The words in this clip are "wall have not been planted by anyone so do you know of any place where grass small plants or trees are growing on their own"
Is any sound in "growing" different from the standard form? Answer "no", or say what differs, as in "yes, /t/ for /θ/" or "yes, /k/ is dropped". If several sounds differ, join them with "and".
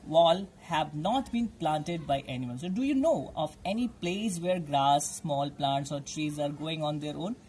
yes, /ɹ/ is dropped